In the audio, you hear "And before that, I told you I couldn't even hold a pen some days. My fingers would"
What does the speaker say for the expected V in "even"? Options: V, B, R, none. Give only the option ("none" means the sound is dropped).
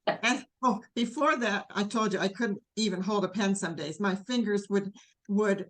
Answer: V